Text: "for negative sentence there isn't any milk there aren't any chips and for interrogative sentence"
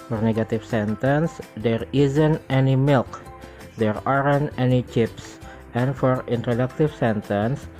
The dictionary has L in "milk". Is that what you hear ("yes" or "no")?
yes